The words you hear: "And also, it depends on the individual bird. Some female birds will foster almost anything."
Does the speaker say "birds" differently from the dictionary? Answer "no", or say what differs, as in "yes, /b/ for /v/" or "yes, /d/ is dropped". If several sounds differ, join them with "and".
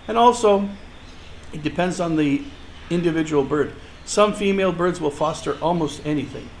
no